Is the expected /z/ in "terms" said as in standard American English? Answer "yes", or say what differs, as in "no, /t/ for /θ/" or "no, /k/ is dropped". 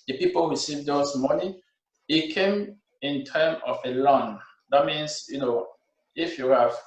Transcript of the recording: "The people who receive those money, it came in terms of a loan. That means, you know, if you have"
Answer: no, /z/ is dropped